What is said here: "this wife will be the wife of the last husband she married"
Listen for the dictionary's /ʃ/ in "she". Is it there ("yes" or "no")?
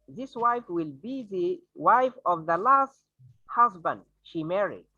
yes